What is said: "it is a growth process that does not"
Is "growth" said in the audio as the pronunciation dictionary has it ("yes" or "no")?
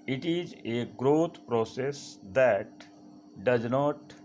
no